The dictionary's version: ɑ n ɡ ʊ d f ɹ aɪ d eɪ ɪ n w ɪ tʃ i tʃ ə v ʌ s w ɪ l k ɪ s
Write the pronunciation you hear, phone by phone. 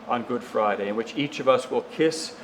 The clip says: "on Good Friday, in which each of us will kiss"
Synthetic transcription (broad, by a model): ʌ n ɡ ʊ d f ɹ aɪ d eɪ ɪ n w ɪ tʃ i tʃ ə v ʌ s w ɪ l k ɪ s